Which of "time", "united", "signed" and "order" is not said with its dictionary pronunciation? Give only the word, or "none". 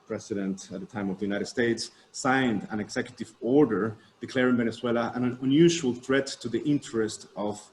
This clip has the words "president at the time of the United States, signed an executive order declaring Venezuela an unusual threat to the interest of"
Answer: none